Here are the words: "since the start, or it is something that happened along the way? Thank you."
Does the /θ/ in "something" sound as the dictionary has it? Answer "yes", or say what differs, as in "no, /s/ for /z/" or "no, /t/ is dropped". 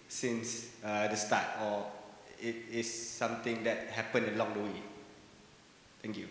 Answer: no, /t/ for /θ/